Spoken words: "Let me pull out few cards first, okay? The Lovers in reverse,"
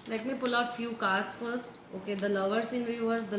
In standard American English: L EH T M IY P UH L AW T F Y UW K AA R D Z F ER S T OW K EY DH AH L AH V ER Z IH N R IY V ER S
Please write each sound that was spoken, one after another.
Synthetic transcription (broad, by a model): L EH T M IY P UH L AW T F Y UW K AA R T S F ER S T OW K EY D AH L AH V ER S IH N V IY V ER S